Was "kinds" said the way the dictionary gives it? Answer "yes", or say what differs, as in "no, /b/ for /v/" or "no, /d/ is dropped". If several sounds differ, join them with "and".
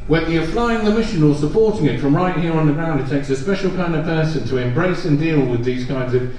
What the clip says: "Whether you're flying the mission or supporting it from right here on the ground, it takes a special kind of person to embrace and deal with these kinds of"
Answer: yes